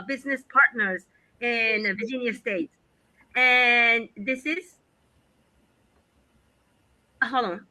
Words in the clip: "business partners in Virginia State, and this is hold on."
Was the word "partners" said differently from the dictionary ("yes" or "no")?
no